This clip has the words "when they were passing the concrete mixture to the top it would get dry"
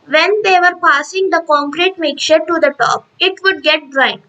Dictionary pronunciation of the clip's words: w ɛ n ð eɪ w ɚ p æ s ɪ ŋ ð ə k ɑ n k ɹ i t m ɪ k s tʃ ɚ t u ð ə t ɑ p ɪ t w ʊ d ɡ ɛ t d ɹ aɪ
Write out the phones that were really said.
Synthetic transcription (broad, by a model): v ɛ n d eɪ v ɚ p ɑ s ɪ ŋ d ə k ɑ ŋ k ɹ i t m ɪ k tʃ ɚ t u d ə t ɑ p ɪ t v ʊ d ɡ ɛ t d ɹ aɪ